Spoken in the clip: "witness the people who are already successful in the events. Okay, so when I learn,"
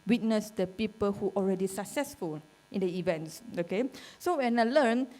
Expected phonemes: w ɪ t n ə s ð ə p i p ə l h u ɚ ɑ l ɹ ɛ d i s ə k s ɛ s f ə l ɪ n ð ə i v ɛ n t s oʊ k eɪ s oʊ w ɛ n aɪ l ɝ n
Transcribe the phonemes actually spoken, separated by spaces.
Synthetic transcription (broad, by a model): w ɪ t n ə s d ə p i p ə l h u ɑ l ɹ ɛ d i s ə k s ɛ s f ə l ɪ n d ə i v ɛ n t s oʊ k eɪ s oʊ w ɛ n aɪ l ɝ n